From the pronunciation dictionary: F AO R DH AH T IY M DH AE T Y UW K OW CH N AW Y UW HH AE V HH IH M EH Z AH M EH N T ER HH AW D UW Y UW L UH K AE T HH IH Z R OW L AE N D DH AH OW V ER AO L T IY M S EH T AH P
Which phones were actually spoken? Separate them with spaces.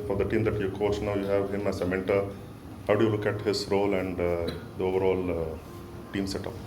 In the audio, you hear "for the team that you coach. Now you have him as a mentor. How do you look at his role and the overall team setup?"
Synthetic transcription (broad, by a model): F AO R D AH T IY M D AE T Y UW K OW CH N AW Y UW HH AE V HH IH M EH S AH M EH N T ER HH AW D UW Y UW L UH K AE T HH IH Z R OW L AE N D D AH OW V ER AO L T IY M S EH T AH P